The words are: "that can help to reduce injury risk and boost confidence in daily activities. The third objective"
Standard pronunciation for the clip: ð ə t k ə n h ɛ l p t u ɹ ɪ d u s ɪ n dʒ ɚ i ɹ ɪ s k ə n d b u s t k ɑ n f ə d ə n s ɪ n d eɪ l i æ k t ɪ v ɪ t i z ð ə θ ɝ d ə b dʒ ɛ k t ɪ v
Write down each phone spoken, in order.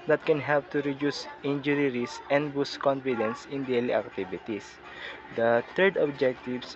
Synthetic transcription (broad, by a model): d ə t k ə n h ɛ l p t u ɹ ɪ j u s ɪ n dʒ ɚ i ɹ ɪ s ə n d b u s k ɑ n f ə d ə n s ɪ n d eɪ l i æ k t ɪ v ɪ t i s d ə t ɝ d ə b dʒ ɛ k t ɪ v